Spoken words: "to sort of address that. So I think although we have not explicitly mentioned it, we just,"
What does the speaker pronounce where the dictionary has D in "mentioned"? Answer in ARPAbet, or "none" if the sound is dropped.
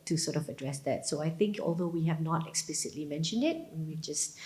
D